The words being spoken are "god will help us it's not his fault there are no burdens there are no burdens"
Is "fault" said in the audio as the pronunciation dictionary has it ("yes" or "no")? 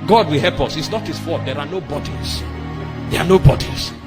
no